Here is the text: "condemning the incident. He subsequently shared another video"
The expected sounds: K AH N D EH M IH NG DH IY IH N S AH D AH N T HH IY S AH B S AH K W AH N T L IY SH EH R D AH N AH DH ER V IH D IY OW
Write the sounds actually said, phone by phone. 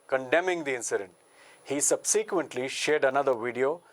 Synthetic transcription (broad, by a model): K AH N D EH M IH NG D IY IH N S AH D AH N T HH IY S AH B S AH K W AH N T L IY SH EH R D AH N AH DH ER V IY D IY OW